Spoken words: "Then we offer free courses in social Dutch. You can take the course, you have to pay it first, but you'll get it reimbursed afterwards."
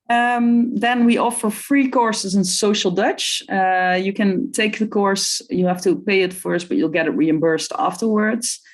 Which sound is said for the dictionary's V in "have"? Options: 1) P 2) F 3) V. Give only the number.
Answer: 2